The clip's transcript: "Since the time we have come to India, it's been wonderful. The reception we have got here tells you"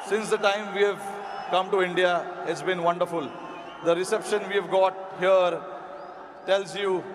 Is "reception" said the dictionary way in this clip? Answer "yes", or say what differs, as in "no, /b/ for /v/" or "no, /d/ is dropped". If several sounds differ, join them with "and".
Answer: yes